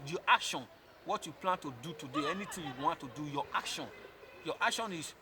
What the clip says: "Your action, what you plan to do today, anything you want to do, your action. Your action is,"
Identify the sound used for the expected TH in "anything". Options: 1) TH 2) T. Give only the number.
2